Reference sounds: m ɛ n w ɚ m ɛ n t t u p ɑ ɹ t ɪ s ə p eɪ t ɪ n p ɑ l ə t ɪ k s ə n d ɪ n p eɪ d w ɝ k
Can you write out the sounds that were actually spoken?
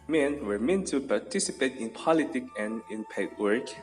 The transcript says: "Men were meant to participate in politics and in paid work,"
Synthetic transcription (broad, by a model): m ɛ n w ɚ m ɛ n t t u p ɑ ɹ t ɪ s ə p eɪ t ɪ n p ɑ l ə t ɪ k ə n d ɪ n p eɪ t w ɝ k